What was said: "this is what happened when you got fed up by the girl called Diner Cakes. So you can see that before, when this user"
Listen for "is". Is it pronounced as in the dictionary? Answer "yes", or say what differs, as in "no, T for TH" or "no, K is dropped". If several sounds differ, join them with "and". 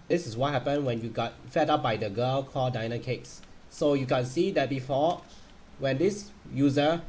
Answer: no, S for Z